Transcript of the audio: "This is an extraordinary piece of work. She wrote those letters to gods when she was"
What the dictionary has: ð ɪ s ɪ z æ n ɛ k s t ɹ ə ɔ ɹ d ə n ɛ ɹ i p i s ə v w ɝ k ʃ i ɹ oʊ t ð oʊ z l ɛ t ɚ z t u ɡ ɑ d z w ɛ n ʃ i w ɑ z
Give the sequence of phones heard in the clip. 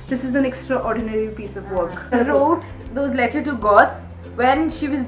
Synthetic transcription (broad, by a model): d ɪ s ɪ z æ n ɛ k s t ɹ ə ɔ ɹ d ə n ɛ ɹ i p i s ə v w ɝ k ɹ oʊ t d oʊ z l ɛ t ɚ t u ɡ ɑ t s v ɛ n ʃ i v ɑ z